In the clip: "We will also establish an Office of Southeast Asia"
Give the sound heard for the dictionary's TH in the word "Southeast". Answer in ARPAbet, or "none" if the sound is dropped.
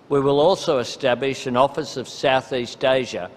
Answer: TH